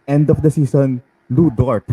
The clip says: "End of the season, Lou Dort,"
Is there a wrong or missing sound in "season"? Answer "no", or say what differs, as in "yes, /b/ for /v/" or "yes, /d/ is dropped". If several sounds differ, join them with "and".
yes, /s/ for /z/